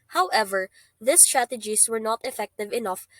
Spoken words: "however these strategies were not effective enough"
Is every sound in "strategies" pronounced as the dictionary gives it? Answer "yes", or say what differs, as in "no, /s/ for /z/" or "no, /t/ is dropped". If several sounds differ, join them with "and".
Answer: no, /s/ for /z/